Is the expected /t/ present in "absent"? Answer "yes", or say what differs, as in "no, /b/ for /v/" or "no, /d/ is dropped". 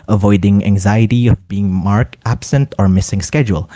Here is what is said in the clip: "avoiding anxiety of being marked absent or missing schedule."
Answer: yes